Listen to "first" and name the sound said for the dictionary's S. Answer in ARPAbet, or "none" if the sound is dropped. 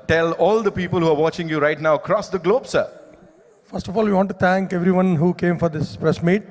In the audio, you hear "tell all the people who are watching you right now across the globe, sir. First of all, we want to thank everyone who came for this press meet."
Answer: S